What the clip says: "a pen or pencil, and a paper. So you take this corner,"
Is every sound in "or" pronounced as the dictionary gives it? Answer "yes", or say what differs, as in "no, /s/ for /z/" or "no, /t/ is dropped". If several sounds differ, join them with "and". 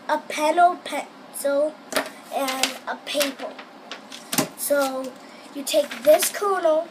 no, /l/ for /ɹ/